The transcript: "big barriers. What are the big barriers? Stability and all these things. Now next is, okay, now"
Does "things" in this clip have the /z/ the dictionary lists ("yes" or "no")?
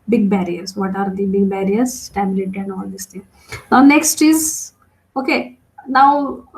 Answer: no